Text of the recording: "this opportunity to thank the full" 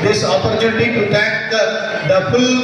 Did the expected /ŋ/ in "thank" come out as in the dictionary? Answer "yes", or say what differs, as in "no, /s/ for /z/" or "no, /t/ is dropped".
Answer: no, /ŋ/ is dropped